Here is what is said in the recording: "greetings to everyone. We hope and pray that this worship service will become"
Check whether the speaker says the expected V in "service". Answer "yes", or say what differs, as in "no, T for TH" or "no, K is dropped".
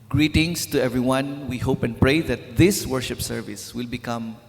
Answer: yes